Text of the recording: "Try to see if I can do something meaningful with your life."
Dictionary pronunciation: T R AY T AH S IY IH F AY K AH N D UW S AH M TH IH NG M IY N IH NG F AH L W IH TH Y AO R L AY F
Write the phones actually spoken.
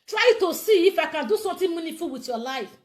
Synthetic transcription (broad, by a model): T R AY T AH S IY IH F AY K AH N D UW S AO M T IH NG M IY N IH F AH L W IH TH Y AO L AY F